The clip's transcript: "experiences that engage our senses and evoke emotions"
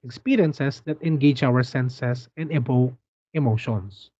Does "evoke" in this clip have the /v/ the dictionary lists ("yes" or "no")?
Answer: no